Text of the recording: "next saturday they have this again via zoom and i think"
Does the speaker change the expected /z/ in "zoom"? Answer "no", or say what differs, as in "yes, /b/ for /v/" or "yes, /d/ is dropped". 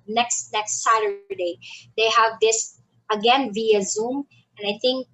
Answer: no